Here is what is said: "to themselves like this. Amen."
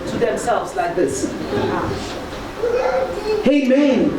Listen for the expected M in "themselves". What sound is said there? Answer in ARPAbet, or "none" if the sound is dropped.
M